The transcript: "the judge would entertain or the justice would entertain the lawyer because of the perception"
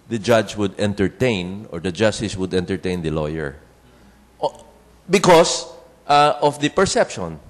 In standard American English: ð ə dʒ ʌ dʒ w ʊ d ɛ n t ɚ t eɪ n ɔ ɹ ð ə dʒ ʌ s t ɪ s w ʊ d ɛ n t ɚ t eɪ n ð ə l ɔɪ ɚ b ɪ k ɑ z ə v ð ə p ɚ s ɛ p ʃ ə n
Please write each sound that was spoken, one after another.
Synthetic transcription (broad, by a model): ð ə dʒ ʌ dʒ w ʊ d ɛ n t ɚ t eɪ n ɔ ɹ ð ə dʒ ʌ s t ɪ s w ʊ d ɛ n t ɚ t eɪ n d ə l ɔɪ ɚ b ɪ k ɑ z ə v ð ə p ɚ s ɛ p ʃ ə n